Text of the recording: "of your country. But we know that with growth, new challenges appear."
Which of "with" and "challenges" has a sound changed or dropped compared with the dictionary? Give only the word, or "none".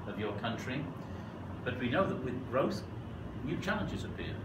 none